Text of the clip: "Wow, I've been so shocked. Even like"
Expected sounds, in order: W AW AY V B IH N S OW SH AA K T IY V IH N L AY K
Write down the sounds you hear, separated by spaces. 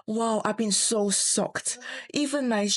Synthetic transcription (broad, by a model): W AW AY V B IH N S OW S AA K T IY V IH N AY